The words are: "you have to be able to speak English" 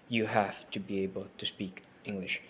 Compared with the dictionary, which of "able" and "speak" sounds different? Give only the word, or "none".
none